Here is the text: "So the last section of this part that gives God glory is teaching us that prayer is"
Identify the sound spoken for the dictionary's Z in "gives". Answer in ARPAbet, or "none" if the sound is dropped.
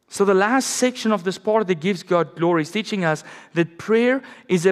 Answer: Z